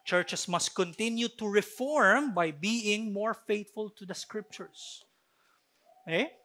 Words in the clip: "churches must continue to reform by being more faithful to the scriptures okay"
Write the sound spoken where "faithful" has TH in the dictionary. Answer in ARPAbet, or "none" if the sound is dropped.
T